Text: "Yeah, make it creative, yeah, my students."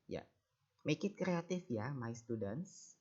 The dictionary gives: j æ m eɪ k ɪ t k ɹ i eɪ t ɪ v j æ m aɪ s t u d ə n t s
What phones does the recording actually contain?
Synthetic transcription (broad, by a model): j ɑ m eɪ k ɪ t k ɹ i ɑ t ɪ f j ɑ m aɪ s t u d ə n t s